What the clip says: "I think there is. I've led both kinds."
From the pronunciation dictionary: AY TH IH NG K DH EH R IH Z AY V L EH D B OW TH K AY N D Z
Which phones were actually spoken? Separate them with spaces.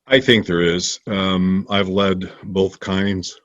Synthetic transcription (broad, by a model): AY TH IH NG K DH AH R IH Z AY V L EH D B OW TH K AY N D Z